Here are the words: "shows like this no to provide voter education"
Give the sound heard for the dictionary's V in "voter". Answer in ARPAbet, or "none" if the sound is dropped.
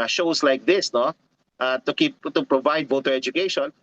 V